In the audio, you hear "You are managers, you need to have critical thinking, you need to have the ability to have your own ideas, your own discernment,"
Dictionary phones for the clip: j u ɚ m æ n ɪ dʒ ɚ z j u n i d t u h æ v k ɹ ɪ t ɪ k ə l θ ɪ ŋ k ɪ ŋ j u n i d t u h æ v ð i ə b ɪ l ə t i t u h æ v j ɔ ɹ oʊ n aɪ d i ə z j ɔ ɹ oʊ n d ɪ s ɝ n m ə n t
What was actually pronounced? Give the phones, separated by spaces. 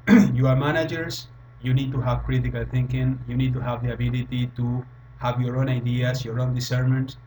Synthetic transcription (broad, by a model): j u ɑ m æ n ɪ dʒ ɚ s j u n i d t u h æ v k ɹ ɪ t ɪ k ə l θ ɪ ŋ k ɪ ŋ j u n i d t u h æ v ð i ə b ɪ l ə t i t u h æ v j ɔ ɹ oʊ n aɪ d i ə s j ɔ ɹ oʊ n d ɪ s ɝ m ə n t